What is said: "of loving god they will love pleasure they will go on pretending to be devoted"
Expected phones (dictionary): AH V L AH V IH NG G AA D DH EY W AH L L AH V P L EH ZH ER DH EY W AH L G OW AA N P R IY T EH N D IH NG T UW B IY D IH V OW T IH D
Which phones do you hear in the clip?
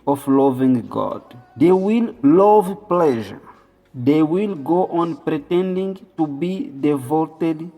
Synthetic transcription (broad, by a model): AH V L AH V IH NG G AA D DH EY W AH L L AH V P L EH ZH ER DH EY W AH L G OW AA N P R IY T EH N D IH NG T UW B IY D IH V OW T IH D